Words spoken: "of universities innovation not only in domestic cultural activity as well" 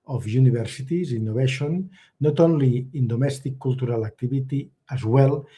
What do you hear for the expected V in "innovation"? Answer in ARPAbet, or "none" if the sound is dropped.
B